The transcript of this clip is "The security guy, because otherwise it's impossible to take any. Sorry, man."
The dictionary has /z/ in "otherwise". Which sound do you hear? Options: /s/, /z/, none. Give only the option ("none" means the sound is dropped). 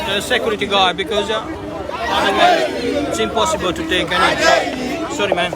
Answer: none